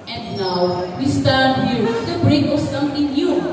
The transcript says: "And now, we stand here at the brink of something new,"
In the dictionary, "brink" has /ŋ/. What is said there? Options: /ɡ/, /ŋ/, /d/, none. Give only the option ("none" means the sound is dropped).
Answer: none